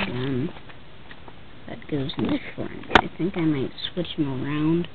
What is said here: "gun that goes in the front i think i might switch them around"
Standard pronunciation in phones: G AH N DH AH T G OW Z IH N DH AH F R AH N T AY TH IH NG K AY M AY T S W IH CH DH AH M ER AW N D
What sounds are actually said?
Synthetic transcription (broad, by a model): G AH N DH AH T G OW Z IH N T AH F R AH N AY TH IH NG K AY M AY T S W IH CH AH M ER AW N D